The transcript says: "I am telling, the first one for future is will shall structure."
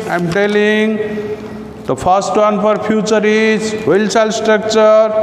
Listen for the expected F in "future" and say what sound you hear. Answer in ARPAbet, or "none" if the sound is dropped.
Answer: P